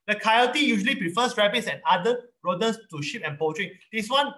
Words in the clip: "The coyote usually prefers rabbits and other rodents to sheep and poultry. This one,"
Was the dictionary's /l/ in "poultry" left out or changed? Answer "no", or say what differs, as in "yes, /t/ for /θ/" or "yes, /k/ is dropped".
yes, /l/ is dropped